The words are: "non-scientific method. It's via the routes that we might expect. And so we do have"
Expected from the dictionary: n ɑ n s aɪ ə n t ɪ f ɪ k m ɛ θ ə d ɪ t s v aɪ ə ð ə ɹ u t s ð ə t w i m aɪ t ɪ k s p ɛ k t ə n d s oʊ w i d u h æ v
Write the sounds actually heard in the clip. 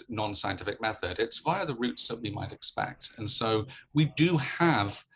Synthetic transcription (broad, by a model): n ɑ n s aɪ ə n t ɪ f ɪ k m ɛ θ ə d ɪ t s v aɪ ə ð ə ɹ u t s ð ə t w i m aɪ t ɪ k s p ɛ k t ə n s oʊ w i d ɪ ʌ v